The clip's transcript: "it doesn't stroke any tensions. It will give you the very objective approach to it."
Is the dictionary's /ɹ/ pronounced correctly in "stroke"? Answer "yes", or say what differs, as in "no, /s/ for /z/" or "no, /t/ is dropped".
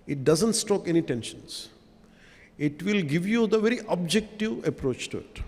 no, /ɹ/ is dropped